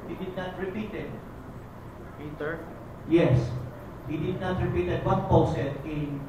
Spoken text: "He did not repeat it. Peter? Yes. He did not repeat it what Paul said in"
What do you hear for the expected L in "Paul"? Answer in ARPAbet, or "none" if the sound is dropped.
W